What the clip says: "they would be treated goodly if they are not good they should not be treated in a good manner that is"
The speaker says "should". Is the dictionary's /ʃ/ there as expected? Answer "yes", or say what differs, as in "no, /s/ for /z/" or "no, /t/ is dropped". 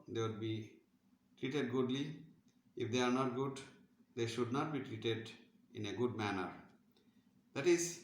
yes